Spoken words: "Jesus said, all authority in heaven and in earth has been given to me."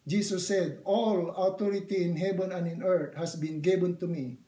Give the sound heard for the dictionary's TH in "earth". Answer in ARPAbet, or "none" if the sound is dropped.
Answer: T